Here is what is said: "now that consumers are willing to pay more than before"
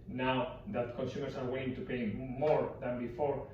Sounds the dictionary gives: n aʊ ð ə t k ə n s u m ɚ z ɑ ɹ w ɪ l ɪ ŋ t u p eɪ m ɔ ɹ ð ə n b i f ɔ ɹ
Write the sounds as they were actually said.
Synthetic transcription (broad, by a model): n aʊ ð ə t k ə n s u m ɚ s ɑ ɹ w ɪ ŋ t u p eɪ m ɔ ɹ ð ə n b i f ɔ ɹ